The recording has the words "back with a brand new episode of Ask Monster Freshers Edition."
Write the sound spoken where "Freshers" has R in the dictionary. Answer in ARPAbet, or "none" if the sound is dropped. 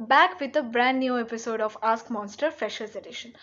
none